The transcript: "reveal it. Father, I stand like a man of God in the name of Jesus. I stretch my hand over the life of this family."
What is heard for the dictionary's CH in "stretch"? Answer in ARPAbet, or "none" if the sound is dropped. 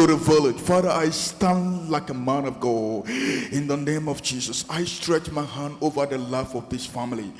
CH